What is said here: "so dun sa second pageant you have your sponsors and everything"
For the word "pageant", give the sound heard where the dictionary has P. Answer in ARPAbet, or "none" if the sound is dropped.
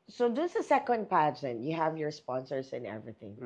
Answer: P